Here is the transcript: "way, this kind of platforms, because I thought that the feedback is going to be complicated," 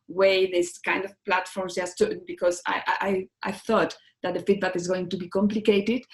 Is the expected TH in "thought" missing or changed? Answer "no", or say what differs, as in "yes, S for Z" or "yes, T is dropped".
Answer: no